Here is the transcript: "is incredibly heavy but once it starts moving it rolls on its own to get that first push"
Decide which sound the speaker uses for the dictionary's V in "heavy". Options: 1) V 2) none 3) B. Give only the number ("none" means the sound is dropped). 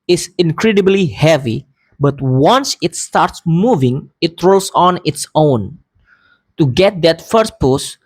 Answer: 1